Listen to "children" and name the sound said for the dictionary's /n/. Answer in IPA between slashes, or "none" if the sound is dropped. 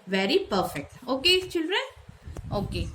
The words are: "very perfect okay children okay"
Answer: none